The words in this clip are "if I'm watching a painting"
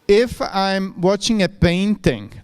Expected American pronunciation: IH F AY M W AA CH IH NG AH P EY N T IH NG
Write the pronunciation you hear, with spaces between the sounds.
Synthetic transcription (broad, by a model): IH F AY M W AA CH IH NG AH P EY N T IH NG